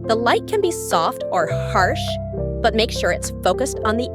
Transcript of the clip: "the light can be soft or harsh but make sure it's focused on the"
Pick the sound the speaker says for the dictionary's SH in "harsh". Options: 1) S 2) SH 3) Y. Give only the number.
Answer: 2